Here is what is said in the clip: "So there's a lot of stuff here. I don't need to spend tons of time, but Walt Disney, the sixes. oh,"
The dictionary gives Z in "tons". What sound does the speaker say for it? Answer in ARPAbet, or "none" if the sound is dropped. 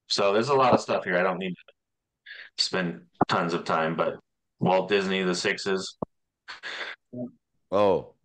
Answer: Z